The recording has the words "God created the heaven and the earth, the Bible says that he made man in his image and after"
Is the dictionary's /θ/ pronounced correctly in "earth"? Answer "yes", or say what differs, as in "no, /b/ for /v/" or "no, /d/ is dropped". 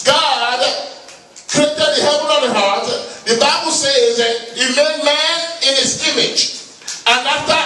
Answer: no, /t/ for /θ/